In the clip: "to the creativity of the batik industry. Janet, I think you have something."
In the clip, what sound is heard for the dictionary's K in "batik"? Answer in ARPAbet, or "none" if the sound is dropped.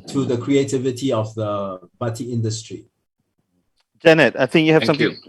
none